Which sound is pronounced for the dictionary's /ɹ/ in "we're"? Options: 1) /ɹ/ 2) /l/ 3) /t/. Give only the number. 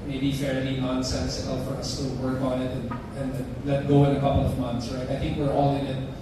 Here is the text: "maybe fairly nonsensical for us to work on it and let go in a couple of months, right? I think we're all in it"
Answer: 1